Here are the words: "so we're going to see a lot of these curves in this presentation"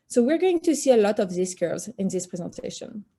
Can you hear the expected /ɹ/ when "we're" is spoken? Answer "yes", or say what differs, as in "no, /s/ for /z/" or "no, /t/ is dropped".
yes